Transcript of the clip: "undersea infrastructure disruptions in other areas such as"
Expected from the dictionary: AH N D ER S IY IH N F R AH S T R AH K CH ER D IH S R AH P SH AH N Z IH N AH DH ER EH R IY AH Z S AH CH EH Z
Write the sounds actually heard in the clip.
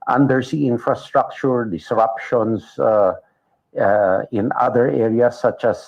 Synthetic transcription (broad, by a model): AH N D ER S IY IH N F R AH S T R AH K CH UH D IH S R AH P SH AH N S IH N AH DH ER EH R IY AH S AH CH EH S